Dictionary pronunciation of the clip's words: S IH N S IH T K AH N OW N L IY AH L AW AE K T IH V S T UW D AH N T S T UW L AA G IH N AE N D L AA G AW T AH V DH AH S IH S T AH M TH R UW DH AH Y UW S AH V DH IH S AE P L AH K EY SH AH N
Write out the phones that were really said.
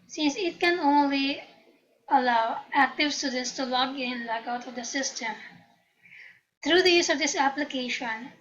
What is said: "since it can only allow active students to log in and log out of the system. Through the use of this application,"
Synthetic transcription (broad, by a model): S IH N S IH T K AH N OW N L IY AH L AW AE K T IH V S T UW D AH N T S T UW L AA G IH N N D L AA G AW T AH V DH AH S IH S T AH M T R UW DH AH Y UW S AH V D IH S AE P L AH K EY SH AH N